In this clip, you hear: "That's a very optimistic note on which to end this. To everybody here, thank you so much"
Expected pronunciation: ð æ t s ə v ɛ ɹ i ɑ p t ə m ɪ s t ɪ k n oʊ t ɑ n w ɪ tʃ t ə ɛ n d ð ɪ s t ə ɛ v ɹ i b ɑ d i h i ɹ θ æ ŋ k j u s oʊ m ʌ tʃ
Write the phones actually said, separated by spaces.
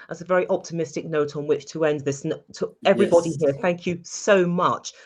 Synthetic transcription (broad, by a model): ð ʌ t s ə v ɛ ɹ i ɑ p t ə m ɪ s t ɪ k n oʊ t n w ɪ tʃ t ə ɛ n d ð ɪ s t ə ɛ v ɹ i b ɑ d i h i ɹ θ æ ŋ k j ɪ s oʊ m ʌ tʃ